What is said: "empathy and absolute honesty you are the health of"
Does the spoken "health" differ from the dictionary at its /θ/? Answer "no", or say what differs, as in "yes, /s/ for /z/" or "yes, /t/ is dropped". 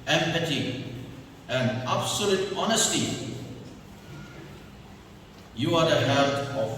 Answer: yes, /t/ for /θ/